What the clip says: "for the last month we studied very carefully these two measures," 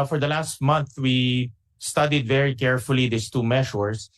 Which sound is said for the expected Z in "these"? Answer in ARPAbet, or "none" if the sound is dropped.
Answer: S